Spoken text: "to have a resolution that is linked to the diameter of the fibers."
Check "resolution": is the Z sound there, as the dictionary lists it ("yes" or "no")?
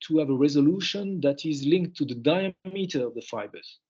yes